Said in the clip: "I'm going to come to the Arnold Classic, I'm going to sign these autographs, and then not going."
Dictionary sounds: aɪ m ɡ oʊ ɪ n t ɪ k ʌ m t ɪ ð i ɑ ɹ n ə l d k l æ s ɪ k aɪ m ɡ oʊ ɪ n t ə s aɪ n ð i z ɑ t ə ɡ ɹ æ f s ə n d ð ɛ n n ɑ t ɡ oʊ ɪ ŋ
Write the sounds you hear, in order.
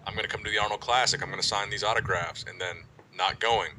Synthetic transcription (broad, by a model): aɪ m ɡ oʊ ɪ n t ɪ k ʌ m t ɪ ð i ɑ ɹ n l k l æ s ɪ k aɪ m ɡ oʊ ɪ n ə s aɪ n ð i z ɑ t ə ɡ ɹ æ f s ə n ð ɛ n n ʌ t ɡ oʊ ɪ ŋ